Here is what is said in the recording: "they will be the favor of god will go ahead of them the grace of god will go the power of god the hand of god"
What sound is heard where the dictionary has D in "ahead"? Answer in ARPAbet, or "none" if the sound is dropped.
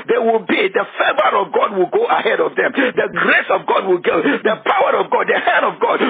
D